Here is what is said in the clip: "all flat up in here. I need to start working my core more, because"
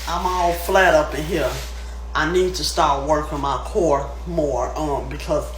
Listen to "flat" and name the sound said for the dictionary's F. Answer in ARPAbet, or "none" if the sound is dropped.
F